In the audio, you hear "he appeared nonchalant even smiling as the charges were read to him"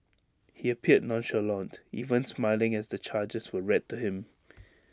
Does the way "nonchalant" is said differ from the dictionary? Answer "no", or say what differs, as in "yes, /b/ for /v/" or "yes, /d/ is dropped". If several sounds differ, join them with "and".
no